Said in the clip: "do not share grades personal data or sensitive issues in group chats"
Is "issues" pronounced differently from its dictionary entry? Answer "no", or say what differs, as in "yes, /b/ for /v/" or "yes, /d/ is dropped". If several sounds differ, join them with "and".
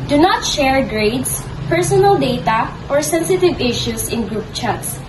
yes, /s/ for /z/